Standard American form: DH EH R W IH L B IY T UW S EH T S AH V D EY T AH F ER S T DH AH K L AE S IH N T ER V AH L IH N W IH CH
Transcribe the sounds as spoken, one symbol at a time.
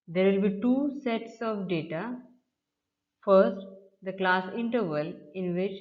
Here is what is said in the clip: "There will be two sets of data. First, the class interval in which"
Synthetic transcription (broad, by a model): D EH R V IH L B IY T UW S EH T S AH V D EY T AH F ER S T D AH K L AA S IH N T ER V AH L IH N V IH CH